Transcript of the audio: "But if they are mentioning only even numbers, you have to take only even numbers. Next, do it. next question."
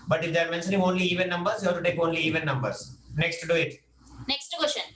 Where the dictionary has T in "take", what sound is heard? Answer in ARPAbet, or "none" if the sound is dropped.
T